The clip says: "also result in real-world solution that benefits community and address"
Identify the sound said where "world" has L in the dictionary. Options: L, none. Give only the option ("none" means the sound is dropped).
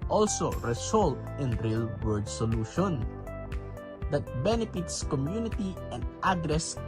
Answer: none